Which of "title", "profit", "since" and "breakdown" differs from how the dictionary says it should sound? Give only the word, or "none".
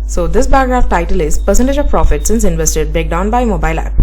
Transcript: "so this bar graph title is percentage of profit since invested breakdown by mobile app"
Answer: breakdown